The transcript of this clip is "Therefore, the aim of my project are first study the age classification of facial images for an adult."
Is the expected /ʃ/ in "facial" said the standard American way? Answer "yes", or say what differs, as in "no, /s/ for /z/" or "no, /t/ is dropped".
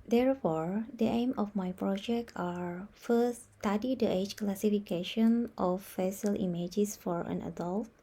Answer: no, /s/ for /ʃ/